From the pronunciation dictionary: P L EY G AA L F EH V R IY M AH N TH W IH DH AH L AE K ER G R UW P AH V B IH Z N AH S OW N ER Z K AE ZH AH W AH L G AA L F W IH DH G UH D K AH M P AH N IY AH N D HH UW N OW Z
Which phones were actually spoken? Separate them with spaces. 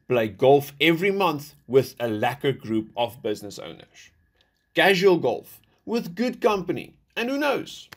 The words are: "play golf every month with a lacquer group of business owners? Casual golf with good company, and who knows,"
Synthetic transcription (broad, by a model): P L EY G AA L F EH V R IY M AH N TH W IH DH AH L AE K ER G R UW P AH V B IH Z N AH S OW N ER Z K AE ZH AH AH L G AA L F W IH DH G UH D K AH M P AH N IY AH N D HH UW N OW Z